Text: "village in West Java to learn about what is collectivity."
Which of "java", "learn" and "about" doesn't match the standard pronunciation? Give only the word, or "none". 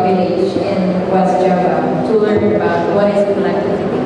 java